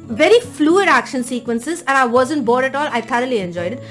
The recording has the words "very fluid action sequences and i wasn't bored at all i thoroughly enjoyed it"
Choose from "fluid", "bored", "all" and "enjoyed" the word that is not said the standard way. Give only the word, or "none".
none